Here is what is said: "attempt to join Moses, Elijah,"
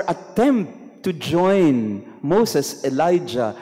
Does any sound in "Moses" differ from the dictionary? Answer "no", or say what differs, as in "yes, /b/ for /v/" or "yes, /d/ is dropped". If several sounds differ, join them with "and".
yes, /s/ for /z/